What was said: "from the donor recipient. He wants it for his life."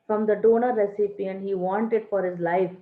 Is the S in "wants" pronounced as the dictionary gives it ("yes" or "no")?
no